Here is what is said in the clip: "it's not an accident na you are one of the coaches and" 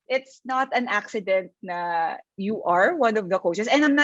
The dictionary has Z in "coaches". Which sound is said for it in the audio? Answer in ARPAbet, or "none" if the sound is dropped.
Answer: S